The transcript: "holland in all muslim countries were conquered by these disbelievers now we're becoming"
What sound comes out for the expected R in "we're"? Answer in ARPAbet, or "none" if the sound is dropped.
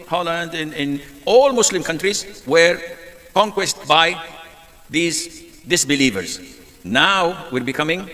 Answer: R